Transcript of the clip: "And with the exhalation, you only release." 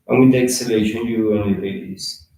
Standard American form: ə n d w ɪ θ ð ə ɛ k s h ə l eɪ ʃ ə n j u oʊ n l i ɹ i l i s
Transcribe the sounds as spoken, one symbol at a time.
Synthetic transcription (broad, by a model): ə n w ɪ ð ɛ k s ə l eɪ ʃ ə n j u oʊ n i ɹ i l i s